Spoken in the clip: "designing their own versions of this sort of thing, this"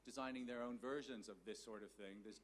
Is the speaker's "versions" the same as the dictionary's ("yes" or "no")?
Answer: yes